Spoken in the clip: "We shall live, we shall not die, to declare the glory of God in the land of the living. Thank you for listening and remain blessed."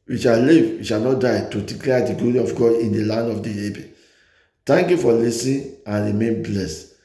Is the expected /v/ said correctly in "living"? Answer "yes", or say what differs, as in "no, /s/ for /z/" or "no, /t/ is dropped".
no, /b/ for /v/